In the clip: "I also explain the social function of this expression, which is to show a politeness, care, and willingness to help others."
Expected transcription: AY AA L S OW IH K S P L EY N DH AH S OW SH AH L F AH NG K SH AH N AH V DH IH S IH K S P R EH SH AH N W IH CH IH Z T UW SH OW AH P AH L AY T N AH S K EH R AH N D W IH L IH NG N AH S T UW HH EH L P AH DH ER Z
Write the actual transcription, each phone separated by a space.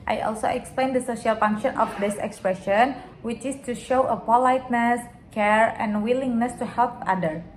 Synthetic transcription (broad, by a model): AY AA L S OW IH K S P L EY N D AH S OW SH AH L F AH NG K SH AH N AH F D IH S IH K S P R EH SH AH N W IH CH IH S T UW SH OW AH P AH L AY T N AH S K EH R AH N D W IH L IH NG N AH S T UW HH EH L P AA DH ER